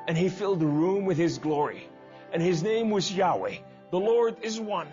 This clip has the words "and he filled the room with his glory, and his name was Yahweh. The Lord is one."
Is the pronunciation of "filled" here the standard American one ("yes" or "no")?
yes